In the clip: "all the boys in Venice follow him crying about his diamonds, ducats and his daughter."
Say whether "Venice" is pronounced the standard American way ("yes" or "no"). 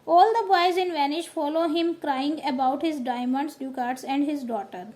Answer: no